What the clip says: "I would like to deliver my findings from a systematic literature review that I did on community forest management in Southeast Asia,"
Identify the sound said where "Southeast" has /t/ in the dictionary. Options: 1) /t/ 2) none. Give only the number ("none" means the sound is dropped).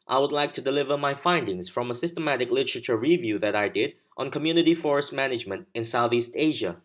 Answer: 1